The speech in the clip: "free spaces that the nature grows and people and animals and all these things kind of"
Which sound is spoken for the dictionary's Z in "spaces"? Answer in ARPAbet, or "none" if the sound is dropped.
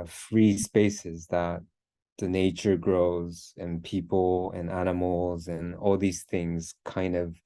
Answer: Z